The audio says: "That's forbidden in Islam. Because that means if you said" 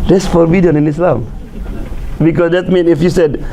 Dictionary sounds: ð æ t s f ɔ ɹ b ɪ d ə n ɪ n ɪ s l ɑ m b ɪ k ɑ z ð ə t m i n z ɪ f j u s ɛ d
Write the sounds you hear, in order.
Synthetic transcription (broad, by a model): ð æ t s f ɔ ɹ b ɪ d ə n ɪ n ɪ s l ɑ m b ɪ k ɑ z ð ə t m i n ɪ f j u s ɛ d